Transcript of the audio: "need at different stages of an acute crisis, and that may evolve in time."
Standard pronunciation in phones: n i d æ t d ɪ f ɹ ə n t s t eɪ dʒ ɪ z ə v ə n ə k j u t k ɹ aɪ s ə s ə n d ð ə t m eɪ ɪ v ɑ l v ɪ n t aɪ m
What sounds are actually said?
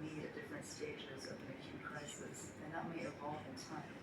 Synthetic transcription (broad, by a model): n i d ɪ d ɪ f ɹ ə n t s t eɪ dʒ ɪ z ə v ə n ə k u k ɹ aɪ s ə s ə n ð ə t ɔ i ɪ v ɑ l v ɪ n t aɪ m